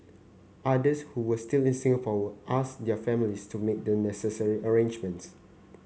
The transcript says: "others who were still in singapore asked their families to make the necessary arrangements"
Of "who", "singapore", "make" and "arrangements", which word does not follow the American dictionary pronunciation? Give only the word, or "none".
singapore